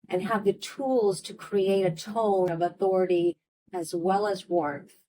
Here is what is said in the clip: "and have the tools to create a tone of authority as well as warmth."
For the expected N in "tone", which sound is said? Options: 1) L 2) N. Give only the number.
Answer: 1